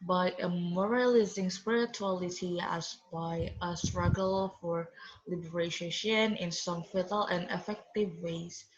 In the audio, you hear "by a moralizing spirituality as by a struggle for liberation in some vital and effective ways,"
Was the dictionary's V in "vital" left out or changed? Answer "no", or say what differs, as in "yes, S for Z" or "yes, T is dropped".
yes, F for V